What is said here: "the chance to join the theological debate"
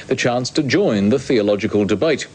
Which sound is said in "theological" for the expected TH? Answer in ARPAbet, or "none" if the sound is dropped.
TH